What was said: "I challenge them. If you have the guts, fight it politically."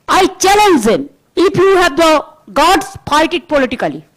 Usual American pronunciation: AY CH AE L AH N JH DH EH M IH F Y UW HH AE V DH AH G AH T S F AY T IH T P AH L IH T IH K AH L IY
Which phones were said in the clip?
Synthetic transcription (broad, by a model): AY CH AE L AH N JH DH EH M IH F Y UW HH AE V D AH G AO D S P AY T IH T P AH L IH T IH K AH L IY